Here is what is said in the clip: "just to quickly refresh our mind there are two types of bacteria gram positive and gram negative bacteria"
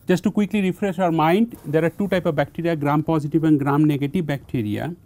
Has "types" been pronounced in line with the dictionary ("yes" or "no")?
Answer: no